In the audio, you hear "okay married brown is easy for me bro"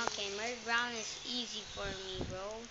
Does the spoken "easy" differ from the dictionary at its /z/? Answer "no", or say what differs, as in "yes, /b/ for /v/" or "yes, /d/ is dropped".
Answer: no